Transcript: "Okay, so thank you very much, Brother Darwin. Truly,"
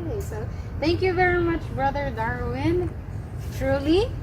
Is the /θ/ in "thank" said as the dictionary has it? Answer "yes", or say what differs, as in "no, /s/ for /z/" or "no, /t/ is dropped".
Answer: yes